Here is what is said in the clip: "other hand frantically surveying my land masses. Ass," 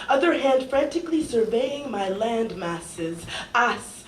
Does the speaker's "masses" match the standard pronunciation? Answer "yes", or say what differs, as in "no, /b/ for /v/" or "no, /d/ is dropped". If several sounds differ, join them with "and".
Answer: yes